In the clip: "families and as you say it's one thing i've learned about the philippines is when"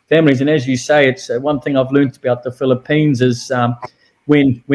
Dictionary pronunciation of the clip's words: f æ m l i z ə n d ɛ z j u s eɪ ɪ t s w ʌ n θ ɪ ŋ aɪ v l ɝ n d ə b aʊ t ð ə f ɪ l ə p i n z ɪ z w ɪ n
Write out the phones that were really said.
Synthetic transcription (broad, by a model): f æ m l i z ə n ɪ z j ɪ s eɪ ɪ t s w ʌ n θ ɪ ŋ aɪ v l ɝ n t ə b aʊ t ð ə f ɪ l ə p i n z ɪ z w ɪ n